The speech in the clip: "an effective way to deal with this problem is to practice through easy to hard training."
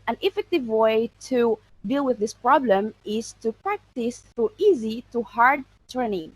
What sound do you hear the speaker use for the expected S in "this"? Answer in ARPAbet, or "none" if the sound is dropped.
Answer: S